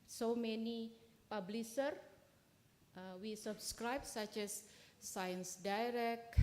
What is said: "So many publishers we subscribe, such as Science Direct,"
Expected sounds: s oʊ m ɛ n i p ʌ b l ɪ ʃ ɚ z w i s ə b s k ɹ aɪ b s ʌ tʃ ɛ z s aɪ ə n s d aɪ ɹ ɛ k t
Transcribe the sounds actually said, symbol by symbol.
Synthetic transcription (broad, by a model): s oʊ m ɛ n i p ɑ b l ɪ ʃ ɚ w i s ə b s k ɹ aɪ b s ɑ tʃ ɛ s aɪ ə n s d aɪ ɹ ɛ k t